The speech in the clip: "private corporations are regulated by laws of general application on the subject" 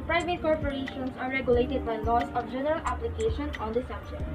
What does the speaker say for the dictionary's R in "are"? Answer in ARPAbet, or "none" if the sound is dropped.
R